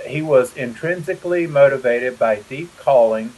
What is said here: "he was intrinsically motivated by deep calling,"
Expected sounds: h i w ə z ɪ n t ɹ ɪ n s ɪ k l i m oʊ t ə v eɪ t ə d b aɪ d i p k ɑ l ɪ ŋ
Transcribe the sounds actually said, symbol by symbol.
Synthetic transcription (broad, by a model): h i w ə z ɪ n t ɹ ɪ n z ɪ k l i m oʊ t ə v eɪ t ə d b aɪ d i p k ɑ l ɪ ŋ